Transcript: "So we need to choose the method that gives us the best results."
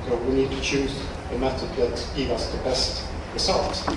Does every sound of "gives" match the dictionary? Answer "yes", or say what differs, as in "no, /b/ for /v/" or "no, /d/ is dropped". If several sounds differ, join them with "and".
no, /z/ is dropped